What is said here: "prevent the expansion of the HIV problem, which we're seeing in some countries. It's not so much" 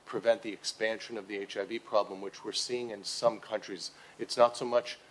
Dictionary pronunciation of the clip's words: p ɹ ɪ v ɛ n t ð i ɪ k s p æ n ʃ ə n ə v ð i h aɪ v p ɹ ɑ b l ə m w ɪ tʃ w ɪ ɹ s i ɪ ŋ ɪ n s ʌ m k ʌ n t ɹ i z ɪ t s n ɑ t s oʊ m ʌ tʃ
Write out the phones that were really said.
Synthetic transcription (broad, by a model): p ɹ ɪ v ɛ n ð i ɪ k s p æ n ʃ ə n ə v ð i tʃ aɪ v p ɹ ɑ b l ə m w ɪ tʃ w ɪ ɹ s i ɪ ŋ ɪ n s ʌ m k ʌ n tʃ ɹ i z ɪ t s n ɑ t s oʊ m ʌ tʃ